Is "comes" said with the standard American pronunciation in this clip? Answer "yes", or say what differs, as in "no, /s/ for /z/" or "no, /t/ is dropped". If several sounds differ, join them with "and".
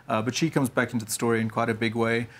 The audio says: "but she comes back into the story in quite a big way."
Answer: yes